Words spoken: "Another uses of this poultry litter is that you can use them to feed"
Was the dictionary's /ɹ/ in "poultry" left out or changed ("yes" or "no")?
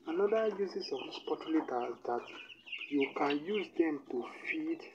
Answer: yes